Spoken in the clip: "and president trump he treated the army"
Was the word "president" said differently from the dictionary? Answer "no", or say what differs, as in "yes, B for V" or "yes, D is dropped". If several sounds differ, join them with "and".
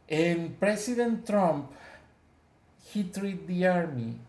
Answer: yes, S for Z